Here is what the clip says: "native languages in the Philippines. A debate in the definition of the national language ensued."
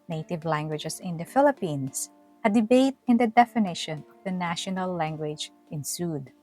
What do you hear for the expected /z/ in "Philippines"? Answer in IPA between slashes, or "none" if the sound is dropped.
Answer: /s/